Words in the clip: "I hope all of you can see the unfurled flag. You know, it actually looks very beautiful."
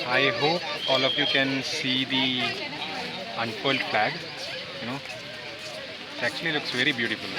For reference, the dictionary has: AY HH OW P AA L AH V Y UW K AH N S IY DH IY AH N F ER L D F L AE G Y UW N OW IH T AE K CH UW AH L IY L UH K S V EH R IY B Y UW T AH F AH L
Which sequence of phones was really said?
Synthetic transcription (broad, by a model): AY HH OW P AA L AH F Y UW K AH N S IY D IY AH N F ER L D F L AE G Y UW N OW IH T AE K CH UW AH L IY L UH K S V EH R IY B Y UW T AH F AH L